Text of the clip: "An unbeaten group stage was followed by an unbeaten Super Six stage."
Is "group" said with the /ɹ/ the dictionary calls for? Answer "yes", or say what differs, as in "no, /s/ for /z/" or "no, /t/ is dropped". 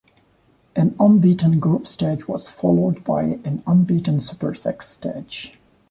no, /ɹ/ is dropped